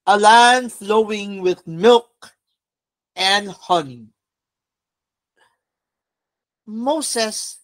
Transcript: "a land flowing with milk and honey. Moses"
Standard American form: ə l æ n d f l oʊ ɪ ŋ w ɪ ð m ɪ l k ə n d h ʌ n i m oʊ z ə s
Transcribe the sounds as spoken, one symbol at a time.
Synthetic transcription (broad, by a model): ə l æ n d f l oʊ ɪ ŋ w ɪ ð m ɪ l k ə n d h ʌ n i m oʊ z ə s